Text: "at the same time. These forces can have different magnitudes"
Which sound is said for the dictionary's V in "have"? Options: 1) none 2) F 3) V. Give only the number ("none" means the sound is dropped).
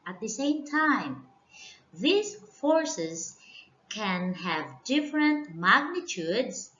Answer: 3